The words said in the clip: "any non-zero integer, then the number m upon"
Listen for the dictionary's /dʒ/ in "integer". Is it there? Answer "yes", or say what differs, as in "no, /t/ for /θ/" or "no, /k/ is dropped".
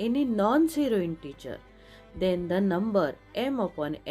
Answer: no, /tʃ/ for /dʒ/